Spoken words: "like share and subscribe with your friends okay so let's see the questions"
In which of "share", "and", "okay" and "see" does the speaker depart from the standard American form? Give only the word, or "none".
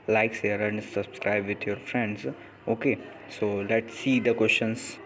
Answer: share